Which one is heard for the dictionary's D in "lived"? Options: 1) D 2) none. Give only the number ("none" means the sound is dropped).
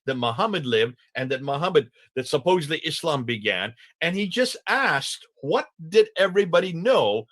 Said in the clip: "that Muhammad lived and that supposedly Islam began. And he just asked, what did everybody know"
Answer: 1